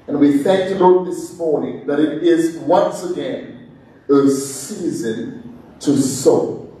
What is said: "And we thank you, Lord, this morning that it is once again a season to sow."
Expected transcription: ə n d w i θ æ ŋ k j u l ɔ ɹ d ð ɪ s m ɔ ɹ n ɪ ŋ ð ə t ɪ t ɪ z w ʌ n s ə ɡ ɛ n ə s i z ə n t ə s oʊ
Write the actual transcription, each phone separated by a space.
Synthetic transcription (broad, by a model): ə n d w i θ æ ŋ k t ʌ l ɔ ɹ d ð ɪ s m ɔ ɹ n ɪ ŋ ð ə t ɪ t ɪ z w ʌ n s ə ɡ ɛ n ə s i z ə n t ə s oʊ